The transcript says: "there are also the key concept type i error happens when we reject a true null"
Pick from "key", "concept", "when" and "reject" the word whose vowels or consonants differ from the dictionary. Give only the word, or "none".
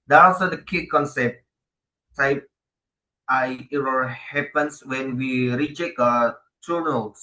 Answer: reject